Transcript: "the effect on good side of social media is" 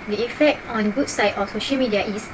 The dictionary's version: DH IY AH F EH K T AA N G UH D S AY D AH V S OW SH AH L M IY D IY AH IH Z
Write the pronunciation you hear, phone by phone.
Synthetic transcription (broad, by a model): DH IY AH F EH K T AA N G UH S AY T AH F S OW SH AH L M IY D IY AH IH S